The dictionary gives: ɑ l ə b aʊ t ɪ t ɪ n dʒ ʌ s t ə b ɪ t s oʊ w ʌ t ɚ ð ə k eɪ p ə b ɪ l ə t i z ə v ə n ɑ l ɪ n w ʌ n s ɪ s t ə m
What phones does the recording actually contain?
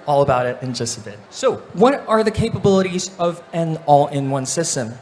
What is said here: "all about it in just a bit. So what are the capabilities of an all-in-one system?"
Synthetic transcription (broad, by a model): ɑ l ə b aʊ t ɪ t ɪ n dʒ ʌ s t ə b ɪ t s oʊ w ʌ t ɚ ð ə k eɪ p ə b ɪ l ə t i z ə v ə n ɑ l ɪ n w ʌ n s ɪ s t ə m